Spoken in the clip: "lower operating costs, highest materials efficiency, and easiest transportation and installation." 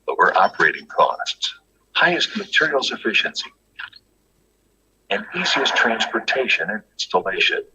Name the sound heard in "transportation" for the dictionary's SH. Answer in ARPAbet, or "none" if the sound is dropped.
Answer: SH